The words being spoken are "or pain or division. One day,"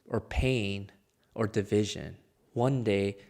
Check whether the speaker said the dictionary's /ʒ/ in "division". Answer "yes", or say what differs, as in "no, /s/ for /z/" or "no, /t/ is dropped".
yes